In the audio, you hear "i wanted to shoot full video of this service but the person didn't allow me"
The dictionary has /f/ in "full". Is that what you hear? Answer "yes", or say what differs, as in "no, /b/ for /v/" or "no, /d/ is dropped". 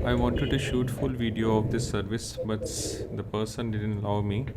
yes